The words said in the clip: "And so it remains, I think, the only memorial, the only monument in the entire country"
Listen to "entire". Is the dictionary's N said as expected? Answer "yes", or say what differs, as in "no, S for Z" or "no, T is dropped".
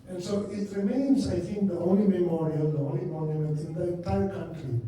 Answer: no, N is dropped